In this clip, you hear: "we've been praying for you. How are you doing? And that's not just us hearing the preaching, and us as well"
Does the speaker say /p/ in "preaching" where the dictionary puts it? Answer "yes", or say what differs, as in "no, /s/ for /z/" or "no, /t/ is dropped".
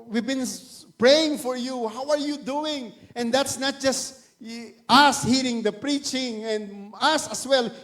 yes